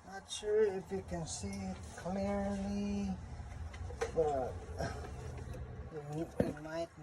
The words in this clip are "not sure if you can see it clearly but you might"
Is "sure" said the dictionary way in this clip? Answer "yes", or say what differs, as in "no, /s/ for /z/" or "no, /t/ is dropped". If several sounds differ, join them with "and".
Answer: yes